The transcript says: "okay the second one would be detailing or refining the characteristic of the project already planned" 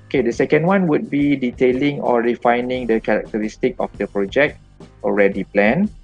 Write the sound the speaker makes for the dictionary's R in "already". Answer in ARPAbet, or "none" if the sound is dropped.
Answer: R